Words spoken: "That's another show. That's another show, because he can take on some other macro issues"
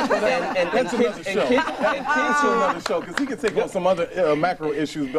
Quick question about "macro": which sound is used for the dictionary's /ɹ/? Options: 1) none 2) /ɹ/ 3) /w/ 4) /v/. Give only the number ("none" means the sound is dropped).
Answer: 2